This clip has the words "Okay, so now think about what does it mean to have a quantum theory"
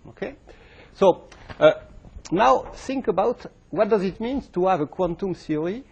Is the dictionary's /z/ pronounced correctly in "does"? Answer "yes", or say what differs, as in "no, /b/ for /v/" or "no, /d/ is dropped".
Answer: yes